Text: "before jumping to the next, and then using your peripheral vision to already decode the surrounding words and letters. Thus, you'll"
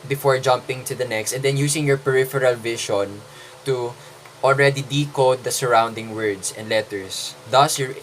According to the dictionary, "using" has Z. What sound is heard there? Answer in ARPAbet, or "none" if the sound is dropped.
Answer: S